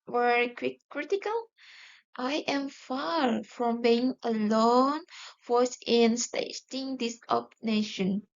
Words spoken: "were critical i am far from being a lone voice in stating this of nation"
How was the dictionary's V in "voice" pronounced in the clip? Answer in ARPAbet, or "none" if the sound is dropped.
F